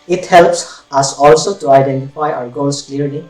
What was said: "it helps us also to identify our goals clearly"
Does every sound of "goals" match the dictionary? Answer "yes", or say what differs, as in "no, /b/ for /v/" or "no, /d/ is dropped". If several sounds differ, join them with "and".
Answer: no, /l/ is dropped